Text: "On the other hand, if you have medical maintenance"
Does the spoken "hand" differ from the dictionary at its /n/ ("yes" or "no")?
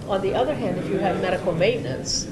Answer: no